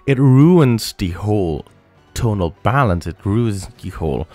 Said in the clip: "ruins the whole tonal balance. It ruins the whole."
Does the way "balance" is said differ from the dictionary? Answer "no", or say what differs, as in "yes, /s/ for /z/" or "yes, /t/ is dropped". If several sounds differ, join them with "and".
no